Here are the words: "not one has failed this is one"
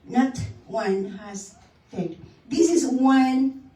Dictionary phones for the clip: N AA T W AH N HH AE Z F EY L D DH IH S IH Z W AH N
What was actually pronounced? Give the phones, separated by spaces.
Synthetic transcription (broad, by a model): N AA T W AH N HH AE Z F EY D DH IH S IH Z W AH N